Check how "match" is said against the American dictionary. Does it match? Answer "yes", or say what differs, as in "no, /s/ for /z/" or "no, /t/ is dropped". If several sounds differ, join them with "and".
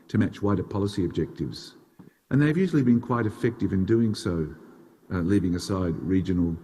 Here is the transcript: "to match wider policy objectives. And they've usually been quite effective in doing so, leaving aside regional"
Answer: yes